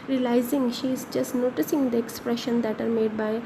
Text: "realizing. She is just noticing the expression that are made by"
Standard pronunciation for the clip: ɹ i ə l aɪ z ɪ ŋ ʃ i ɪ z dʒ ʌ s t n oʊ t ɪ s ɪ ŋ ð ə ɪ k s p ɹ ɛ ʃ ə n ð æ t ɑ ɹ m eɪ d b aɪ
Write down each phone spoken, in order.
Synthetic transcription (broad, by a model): ɹ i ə l aɪ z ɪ ŋ ʃ i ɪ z dʒ ʌ s t n oʊ t ɪ s ɪ ŋ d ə ɪ k s p ɹ ɛ ʃ ə n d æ t ɑ ɹ m eɪ d b aɪ